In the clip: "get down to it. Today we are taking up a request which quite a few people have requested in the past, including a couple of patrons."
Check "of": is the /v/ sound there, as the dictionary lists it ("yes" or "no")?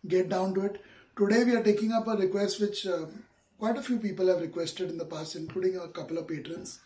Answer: yes